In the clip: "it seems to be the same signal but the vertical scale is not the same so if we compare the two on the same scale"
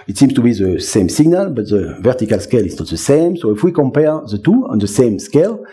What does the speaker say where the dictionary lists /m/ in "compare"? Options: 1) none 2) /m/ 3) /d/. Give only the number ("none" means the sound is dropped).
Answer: 2